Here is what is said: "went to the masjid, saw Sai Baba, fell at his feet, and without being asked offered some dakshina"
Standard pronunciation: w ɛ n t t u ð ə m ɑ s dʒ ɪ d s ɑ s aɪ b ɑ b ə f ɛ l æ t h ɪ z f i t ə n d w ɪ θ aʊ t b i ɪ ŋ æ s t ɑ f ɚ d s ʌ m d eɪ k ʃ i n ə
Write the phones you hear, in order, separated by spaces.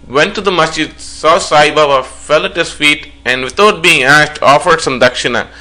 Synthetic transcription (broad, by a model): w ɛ n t t u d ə m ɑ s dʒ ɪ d s ɑ s aɪ b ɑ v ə f ɛ l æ t h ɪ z f i t ə n d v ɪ t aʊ t b i ɪ ŋ æ s t ɑ f ɚ d s ʌ m d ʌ k ʃ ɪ n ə